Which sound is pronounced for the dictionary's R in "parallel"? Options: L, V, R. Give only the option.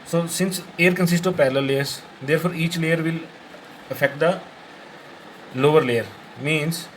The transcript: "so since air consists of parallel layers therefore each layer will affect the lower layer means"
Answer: L